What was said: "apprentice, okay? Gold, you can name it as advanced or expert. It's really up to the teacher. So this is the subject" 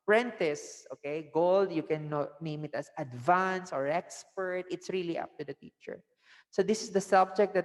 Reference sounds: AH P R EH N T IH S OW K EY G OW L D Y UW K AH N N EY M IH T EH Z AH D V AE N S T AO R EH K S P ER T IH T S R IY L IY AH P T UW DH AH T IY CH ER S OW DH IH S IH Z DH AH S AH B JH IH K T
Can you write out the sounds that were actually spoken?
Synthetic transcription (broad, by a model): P R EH N T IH S OW K EY G OW L D Y UW K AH N N EY M IH T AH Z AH D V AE N S AO R EH K S P ER T IH T S R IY L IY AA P T UW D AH T IY CH ER S OW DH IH S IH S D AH S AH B JH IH K T